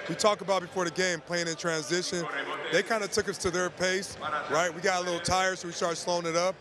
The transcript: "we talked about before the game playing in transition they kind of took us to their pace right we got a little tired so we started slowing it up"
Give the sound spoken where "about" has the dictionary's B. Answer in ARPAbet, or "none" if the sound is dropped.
B